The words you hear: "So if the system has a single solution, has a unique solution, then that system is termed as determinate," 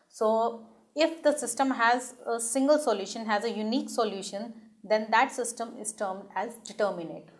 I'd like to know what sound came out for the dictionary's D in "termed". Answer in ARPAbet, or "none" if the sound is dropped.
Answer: D